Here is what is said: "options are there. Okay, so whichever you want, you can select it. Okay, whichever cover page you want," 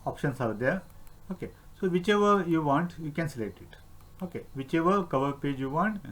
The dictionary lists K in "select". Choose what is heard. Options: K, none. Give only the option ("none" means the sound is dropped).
K